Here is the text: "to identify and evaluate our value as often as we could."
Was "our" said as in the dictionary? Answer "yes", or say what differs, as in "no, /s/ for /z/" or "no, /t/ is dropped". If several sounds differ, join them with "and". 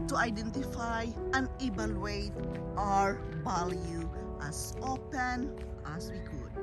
yes